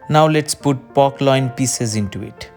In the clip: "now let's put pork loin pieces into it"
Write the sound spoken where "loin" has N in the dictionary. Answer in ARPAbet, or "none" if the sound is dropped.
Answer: N